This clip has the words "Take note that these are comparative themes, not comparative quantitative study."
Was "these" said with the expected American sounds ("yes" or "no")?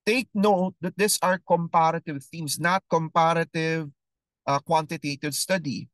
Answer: no